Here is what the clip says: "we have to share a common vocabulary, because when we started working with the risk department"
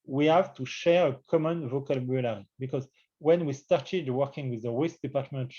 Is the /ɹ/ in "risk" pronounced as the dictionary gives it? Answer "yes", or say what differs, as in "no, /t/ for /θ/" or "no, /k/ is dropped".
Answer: no, /w/ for /ɹ/